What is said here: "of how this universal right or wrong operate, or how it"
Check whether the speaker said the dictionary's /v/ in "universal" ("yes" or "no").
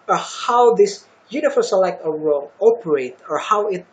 no